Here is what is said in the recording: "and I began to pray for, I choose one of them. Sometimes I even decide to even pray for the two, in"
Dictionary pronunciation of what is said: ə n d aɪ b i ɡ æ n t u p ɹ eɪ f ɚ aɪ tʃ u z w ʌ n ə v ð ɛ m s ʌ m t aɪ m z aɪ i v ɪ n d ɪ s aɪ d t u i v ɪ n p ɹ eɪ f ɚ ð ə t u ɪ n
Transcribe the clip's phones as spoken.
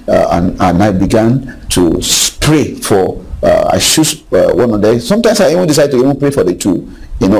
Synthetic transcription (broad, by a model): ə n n aɪ b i ɡ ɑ n t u p ɹ eɪ f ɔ aɪ ʃ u s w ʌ n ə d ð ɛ s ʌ m t aɪ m s aɪ i v ɪ n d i s aɪ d t u i v ɪ n p ɹ eɪ f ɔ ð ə t u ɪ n